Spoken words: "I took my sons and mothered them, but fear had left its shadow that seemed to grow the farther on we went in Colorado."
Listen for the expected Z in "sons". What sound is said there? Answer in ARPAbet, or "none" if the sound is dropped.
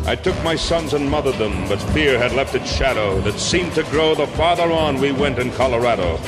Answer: Z